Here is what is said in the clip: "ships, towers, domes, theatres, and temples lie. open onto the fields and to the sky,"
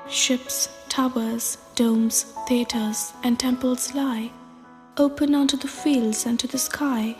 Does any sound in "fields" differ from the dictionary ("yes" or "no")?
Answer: no